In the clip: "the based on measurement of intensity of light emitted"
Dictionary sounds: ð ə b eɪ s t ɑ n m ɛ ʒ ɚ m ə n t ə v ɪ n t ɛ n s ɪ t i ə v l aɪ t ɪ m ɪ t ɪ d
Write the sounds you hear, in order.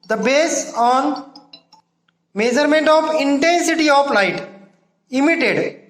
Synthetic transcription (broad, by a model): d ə b eɪ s ɑ n m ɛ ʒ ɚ m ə n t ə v ɪ n t ɛ n s ɪ t i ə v l aɪ t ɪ m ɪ t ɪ d